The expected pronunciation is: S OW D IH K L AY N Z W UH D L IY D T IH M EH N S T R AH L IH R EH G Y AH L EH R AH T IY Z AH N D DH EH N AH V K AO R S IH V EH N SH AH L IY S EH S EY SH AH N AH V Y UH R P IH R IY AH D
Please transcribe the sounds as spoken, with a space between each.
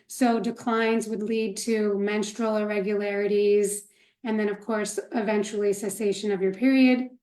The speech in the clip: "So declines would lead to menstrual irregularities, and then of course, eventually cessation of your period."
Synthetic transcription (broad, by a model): S OW D IH K L AY N Z W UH D L IY D T IH M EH N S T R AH L IH R EH G Y AH L EH R AH T IY Z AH N DH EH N AH V K AO R S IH V EH N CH L IY S EH S EY SH AH N AH V Y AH R P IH R IY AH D